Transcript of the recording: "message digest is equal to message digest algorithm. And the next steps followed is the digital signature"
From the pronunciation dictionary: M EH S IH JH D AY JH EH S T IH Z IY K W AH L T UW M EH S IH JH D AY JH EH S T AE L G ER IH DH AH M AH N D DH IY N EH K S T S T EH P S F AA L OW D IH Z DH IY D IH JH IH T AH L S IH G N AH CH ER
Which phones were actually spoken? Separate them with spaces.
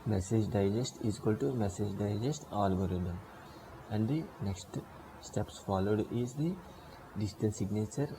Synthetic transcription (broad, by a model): M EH S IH JH D AY JH EH S T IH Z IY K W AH L T UW M EH S IH JH D AY JH EH S T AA L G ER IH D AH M AH N D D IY N EH K S T S T EH P S F AA L OW D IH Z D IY D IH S T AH N S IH G N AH CH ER